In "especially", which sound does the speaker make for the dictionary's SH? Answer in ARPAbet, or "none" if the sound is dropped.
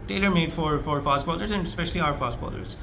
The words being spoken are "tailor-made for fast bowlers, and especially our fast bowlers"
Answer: SH